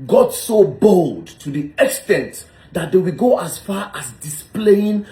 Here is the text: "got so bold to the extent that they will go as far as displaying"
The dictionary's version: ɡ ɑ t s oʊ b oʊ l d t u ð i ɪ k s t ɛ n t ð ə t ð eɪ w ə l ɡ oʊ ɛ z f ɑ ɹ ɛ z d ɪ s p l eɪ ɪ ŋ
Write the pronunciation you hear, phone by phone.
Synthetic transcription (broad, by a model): ɡ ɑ t s oʊ b oʊ l d t u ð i ɪ k s t ɛ n t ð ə t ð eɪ w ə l ɡ oʊ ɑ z f ɑ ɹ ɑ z d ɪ s p l eɪ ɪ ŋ